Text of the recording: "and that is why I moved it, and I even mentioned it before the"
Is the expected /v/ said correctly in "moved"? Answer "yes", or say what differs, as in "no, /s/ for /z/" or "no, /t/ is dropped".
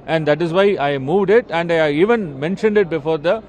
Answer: yes